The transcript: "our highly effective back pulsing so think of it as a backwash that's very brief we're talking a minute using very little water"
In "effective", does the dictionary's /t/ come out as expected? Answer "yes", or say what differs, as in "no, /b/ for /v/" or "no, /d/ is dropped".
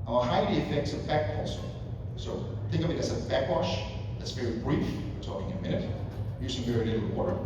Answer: no, /s/ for /t/